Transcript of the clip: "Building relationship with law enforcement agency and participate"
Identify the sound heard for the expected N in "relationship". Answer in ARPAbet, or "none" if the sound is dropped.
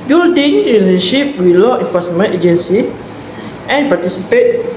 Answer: none